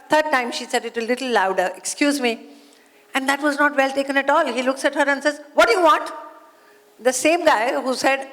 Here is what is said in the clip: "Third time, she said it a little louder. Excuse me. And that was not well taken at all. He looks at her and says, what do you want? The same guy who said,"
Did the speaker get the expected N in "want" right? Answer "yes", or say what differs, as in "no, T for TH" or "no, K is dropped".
no, N is dropped